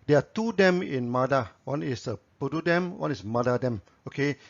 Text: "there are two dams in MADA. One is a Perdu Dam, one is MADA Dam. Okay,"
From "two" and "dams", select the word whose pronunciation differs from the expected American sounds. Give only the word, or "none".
dams